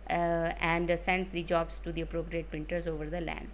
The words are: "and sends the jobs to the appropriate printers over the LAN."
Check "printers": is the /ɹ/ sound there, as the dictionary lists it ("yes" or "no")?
no